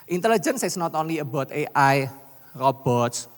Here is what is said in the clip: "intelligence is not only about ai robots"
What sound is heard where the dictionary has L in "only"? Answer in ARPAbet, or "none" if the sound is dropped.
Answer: none